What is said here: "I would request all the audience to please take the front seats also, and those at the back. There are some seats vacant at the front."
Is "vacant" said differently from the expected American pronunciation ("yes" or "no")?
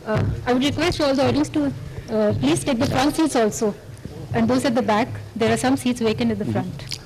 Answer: yes